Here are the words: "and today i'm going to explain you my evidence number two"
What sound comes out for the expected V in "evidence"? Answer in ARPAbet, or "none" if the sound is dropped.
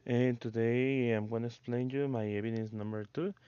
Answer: B